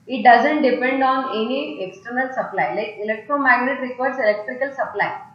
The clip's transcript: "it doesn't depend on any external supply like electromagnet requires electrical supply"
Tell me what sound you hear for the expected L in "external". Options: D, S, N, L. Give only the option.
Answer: L